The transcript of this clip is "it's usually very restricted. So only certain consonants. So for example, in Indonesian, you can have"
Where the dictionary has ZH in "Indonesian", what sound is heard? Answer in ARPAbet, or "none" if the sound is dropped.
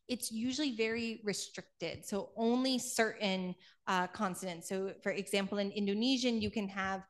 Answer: ZH